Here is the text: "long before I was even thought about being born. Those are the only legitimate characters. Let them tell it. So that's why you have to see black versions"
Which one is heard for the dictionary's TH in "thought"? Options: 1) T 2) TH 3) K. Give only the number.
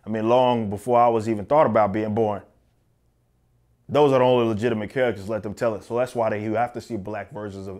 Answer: 2